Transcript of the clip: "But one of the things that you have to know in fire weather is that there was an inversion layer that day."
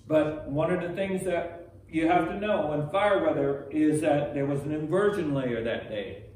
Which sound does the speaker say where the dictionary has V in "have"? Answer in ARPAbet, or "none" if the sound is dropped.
F